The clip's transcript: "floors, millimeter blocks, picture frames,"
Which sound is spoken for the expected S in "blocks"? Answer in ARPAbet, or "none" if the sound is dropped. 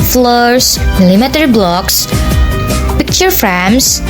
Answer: S